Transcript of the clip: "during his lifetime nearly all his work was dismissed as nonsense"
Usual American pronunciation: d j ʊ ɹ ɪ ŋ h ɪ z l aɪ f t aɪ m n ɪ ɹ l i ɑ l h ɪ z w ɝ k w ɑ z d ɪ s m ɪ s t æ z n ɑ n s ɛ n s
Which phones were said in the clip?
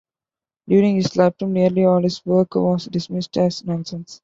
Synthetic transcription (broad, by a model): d j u ɹ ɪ ŋ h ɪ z l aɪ p t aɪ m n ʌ ɹ l i ɑ l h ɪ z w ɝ k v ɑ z d ɪ s m ɪ s t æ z n ɑ n s ɛ n s